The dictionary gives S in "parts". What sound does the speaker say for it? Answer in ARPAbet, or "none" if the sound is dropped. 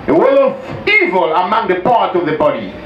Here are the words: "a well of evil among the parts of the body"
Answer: none